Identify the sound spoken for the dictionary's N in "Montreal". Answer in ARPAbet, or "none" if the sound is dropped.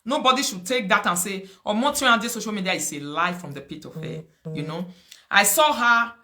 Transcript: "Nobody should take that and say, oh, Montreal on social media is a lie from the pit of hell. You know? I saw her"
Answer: none